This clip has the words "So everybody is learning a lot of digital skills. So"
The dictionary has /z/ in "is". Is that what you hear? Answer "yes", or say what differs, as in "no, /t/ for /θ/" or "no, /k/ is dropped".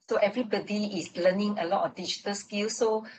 no, /s/ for /z/